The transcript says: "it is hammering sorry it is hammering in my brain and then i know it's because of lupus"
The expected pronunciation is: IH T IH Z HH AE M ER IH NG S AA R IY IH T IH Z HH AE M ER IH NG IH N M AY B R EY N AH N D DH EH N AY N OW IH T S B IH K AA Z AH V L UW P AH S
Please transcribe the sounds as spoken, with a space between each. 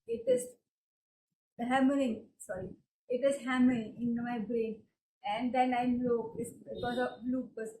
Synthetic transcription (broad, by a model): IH T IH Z HH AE M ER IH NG S AA R IY IH T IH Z HH AE M ER IH NG IH N M AY B R EY N AH N D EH N AY L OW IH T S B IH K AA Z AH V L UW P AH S